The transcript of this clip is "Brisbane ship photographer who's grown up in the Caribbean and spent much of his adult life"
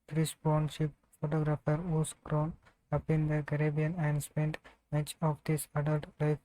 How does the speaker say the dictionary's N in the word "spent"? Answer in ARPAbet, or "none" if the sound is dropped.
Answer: N